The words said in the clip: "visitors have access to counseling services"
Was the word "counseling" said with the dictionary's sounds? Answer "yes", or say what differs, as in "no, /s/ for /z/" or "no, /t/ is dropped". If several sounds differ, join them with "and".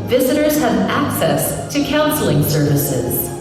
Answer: yes